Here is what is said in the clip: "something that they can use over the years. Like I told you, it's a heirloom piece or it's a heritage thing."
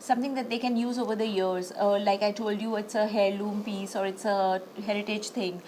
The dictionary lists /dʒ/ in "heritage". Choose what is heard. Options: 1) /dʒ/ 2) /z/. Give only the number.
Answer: 1